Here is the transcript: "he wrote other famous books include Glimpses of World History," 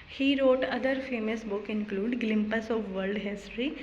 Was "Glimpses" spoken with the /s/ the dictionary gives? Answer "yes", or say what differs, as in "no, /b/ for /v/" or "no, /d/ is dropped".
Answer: no, /s/ is dropped